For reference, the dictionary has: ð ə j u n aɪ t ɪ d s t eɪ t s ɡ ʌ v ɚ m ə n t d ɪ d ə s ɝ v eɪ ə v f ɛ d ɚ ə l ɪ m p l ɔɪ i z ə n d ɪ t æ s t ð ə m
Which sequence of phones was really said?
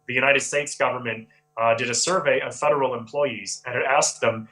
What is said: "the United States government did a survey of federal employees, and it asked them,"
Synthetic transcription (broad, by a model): ð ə j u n aɪ t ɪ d s t eɪ t s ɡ ʌ v ɚ m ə n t d ɪ d ə s ɝ v eɪ ə v f ɛ d ɚ l ɪ m p l ɔɪ i z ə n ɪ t æ s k ð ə m